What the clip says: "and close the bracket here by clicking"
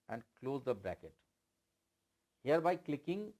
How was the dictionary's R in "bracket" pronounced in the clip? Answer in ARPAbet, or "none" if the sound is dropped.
none